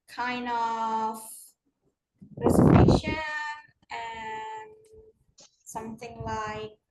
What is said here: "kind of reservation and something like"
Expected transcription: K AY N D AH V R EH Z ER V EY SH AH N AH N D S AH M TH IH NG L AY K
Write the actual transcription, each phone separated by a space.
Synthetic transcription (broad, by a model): K AY N D AH V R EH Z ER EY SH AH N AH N S AH M TH IH NG L AY K